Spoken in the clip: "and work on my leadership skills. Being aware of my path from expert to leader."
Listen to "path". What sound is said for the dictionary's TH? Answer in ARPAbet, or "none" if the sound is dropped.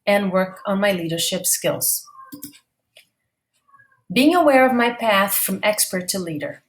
TH